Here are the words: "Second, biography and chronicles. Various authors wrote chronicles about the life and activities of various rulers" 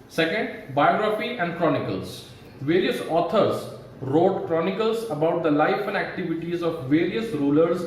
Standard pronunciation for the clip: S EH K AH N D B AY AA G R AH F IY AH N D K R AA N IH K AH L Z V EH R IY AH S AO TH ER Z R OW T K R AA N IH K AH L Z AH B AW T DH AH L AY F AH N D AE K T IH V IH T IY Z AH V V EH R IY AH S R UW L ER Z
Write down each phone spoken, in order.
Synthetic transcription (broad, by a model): S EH K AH N D B AY AA G R AH F IY AH N D K R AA N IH K AH L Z V EH R IY AH S AO T ER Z R OW T K R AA N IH K AH L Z AH B AW T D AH L AY F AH N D AE K T IH V IH T IY Z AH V V EH R IY AH S R UW L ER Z